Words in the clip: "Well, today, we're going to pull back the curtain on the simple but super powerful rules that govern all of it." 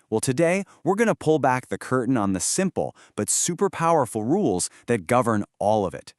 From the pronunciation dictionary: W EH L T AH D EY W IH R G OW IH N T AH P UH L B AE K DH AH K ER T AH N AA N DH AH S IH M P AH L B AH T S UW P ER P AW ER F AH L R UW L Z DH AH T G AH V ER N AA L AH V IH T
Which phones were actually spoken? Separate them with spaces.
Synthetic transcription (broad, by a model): W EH L T AH D EY W IH R G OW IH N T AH P UH L B AE K DH AH K ER T N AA N DH AH S IH M P L B AH T S UW P ER P AW ER F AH L R UW L Z DH AH T G AH V ER N AA L AH V IH T